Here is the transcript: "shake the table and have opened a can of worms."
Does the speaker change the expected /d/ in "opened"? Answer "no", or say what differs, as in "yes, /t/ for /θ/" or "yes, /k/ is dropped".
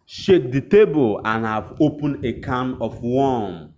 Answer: yes, /d/ is dropped